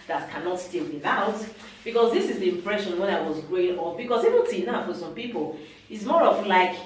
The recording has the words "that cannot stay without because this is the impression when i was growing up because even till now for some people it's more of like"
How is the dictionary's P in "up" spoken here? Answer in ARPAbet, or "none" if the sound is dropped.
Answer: F